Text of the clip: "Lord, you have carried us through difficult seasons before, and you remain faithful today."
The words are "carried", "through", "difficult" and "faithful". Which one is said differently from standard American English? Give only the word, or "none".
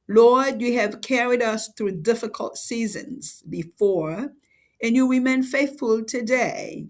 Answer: none